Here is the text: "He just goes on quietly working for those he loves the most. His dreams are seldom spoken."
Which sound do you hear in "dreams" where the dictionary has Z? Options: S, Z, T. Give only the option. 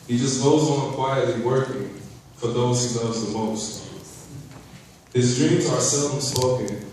Z